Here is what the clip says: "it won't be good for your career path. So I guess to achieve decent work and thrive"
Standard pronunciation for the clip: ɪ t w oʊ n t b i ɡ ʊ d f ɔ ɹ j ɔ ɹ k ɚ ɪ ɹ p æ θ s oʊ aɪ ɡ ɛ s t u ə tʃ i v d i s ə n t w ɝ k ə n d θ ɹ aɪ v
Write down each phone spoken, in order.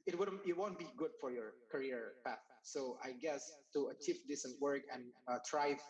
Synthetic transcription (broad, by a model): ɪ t w oʊ n t b i ɡ ʊ d f ɔ ɹ j ɔ ɹ k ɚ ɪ ɹ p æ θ s oʊ aɪ ɡ ɛ s t u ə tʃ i f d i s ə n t w ɝ k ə n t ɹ aɪ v